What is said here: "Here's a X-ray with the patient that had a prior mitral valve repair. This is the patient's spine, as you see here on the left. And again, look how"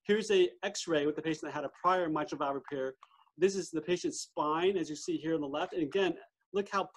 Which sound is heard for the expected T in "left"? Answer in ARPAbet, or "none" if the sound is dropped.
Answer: T